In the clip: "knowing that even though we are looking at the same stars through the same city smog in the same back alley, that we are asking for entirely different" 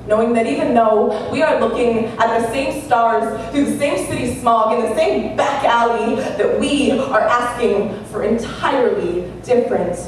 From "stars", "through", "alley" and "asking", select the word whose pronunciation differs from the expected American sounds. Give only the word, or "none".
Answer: through